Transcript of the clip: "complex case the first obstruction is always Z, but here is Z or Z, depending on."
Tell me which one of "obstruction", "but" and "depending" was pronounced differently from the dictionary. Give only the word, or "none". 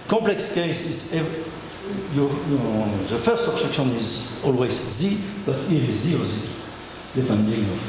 obstruction